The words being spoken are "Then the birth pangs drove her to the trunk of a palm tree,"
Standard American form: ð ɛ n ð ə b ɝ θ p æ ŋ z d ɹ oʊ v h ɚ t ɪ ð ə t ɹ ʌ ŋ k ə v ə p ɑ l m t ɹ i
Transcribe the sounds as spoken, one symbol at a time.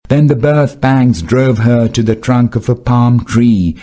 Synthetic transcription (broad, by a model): ð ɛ n ð ə b ɝ θ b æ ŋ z d ɹ oʊ v ɚ t ɪ ð ə t ɹ ʌ ŋ k ə v ə p ɑ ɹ m t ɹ i